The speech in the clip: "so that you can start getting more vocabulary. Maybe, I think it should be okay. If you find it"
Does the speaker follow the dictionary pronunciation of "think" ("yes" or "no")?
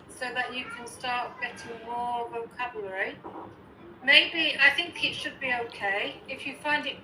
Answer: yes